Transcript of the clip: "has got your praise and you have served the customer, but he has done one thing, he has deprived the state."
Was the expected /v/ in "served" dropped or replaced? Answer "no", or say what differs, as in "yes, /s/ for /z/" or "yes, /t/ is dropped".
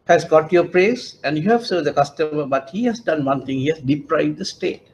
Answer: yes, /v/ is dropped